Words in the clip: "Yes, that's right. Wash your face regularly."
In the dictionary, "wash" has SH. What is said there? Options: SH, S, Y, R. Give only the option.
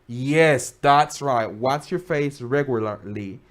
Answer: S